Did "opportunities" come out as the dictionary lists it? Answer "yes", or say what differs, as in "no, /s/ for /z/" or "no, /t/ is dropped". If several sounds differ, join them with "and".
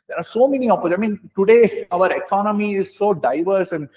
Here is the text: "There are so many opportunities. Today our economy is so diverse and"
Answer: no, /n/ is dropped